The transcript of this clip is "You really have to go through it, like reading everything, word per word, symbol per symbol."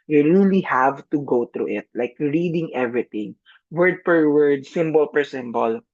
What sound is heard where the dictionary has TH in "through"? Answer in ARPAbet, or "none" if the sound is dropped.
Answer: T